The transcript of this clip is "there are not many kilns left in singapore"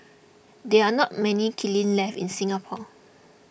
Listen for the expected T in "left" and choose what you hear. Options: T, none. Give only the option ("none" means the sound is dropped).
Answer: none